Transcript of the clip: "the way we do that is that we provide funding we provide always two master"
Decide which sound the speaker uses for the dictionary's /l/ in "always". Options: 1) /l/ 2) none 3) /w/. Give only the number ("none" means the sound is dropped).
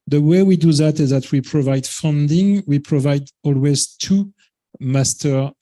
1